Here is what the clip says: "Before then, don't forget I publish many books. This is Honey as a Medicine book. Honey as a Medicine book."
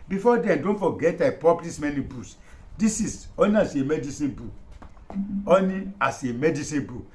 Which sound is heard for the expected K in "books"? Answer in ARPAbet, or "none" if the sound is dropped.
none